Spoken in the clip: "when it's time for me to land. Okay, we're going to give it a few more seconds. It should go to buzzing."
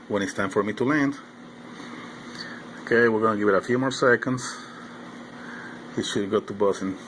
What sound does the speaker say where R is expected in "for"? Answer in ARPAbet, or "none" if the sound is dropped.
R